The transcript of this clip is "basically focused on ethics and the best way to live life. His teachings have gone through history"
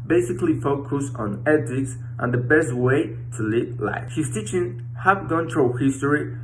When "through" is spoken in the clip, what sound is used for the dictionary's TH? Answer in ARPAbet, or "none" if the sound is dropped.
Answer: T